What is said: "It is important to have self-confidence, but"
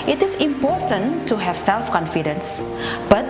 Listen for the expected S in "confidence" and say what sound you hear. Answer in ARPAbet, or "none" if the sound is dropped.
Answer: S